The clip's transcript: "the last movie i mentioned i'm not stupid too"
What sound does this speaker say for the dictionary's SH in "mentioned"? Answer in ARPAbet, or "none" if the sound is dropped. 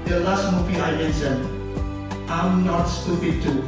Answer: S